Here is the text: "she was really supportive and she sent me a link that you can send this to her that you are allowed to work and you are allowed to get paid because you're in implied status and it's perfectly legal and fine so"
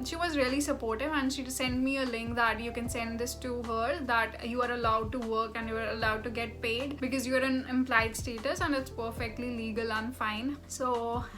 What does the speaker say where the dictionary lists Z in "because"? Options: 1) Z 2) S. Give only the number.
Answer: 1